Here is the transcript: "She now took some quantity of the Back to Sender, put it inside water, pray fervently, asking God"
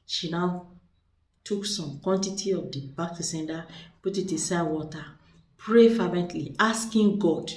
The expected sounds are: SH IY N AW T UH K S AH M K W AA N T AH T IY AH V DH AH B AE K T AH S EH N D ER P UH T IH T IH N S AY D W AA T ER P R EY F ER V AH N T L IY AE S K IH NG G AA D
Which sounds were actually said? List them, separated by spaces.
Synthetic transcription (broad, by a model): SH IY N AW T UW K S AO M K W AA N T AH T IY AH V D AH B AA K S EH N D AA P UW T IH T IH S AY W AA T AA P R EY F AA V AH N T L IY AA S K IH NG G AA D